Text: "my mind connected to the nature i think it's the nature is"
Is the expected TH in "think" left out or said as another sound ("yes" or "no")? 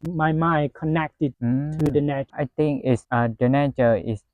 yes